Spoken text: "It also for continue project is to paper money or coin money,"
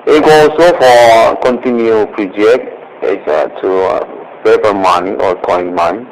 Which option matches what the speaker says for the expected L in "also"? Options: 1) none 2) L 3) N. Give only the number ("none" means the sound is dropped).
1